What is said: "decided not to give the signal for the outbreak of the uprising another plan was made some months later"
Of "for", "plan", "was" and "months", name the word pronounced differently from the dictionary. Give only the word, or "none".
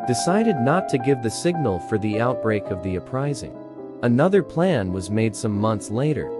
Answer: none